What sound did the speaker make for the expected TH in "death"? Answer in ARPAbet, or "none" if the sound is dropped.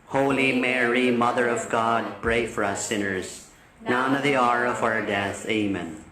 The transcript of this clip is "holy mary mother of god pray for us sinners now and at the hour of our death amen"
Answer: TH